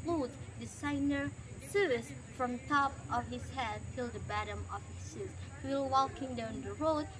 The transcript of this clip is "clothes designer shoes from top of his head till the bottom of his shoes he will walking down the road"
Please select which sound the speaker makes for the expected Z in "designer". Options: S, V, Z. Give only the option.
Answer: S